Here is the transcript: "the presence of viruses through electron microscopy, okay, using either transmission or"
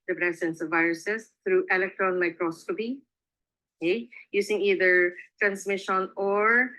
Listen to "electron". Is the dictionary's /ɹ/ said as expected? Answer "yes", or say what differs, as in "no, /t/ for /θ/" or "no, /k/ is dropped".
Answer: yes